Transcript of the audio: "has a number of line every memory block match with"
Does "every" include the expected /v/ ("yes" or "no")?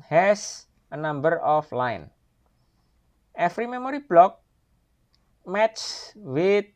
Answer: no